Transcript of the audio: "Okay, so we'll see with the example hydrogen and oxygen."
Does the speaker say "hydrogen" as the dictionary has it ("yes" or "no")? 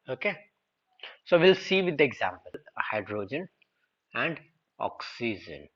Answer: yes